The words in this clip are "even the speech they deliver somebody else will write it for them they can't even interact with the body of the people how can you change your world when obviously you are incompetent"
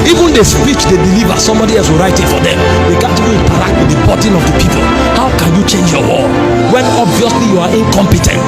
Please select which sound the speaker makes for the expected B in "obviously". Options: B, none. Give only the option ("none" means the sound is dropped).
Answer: B